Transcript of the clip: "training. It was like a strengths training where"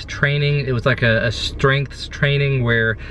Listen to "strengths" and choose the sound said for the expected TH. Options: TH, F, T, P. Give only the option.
TH